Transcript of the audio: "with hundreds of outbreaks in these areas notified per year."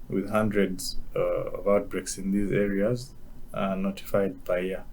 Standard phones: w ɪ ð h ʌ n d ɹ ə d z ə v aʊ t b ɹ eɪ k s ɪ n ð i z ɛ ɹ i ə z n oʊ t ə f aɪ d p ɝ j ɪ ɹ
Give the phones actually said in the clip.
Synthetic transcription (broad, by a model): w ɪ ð h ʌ n d ɹ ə d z ə v aʊ t b ɹ eɪ k s ɪ n ð i z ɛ ɹ i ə z n oʊ t ə f aɪ d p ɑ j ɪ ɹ